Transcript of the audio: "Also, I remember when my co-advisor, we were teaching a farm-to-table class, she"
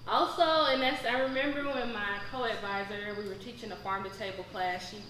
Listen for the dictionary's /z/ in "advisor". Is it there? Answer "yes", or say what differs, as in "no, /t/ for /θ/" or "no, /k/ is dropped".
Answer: yes